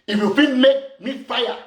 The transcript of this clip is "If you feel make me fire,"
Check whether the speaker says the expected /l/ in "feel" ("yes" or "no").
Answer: no